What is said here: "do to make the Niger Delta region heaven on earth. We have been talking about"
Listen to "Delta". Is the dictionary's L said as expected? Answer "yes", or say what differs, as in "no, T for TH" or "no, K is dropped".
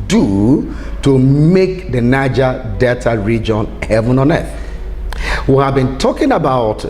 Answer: no, L is dropped